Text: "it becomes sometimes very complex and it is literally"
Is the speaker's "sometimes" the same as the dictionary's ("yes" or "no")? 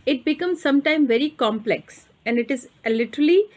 no